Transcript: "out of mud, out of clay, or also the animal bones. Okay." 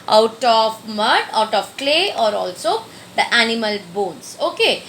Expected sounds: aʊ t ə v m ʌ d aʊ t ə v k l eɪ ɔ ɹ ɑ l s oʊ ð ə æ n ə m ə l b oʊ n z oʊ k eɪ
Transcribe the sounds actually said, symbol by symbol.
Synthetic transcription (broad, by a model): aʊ t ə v m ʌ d aʊ t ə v k l eɪ ɔ ɹ ɑ l s oʊ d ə æ n ə m ə l b oʊ n s oʊ k eɪ